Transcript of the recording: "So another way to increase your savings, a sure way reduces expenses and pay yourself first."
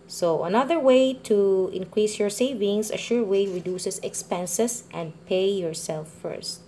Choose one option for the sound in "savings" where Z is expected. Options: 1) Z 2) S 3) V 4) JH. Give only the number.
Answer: 2